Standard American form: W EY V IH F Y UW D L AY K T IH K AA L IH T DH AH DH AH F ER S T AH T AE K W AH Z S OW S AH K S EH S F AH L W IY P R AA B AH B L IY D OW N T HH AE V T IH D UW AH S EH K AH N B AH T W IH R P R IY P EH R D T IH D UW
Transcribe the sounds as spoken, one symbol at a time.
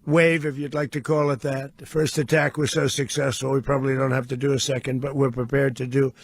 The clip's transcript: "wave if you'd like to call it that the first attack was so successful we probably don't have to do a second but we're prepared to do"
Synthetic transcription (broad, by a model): W EY V IH F Y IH D L AY K T IH K AA L IH T DH AH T F ER S T AH T AE K W AH Z S OW S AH K S EH S F L W IY P R AA B AH B L IY D OW N T HH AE F T IH D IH AH S EH K AH N B AH T W IH R P R IY P EH R D T IH D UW